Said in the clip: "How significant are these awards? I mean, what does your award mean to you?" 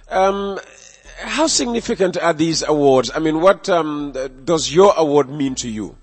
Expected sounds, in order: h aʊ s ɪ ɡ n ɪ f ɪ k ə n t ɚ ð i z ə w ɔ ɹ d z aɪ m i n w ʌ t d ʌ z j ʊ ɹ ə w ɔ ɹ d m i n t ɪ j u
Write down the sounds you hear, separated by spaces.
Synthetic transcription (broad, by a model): h aʊ s ɪ ɡ n ɪ f ɪ k ə n t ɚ ð i z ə w ɔ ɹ d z aɪ m i n w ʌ t d ʌ z j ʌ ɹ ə w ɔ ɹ d m i n t ɪ j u